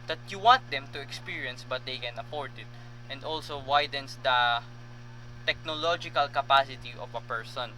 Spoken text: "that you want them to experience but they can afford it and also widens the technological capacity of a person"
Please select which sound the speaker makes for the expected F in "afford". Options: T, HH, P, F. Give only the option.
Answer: P